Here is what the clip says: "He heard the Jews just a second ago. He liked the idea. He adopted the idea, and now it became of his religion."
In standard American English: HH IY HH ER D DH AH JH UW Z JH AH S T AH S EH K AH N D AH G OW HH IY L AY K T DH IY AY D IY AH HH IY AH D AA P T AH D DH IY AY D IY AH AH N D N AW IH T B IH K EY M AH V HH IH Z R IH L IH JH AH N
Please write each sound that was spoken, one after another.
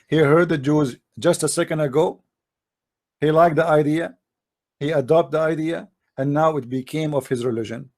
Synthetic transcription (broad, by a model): HH IY HH ER D DH AH JH UW Z JH AH S T AH S EH K AH N D AH G OW HH IY L AY K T DH IY AY D IY AH HH IY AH D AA P T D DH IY AY D IY AH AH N N AW IH T B IH K EY M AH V HH IH Z R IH L IH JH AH N